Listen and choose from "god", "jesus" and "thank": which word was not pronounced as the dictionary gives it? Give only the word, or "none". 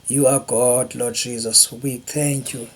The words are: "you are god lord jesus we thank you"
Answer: thank